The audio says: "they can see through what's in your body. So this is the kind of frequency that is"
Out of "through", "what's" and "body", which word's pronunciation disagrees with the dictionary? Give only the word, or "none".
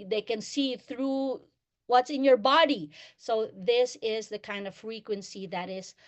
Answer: none